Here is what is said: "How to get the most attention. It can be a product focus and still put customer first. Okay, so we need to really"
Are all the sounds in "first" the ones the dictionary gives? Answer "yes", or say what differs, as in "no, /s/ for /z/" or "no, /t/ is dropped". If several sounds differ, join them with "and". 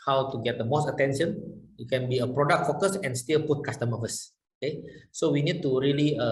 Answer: no, /t/ is dropped